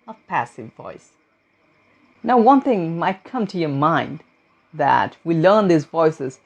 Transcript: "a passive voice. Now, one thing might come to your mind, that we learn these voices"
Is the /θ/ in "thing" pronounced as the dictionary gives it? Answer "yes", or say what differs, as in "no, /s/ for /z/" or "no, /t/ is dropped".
yes